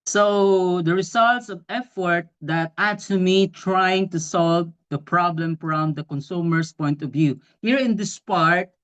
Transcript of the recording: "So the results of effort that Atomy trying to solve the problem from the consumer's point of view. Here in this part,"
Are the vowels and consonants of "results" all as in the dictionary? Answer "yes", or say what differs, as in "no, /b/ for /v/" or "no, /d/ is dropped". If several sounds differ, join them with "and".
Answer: no, /s/ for /z/